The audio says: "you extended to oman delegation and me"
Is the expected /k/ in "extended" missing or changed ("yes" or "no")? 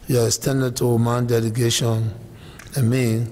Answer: yes